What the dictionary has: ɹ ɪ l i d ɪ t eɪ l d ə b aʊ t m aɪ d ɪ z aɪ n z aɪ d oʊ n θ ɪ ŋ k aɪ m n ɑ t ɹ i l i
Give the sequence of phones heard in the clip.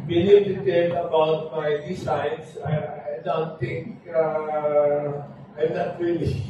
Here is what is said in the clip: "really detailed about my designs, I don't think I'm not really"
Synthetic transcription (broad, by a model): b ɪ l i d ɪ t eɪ d ə b aʊ t m aɪ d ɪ s aɪ n s aɪ d oʊ n t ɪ ŋ k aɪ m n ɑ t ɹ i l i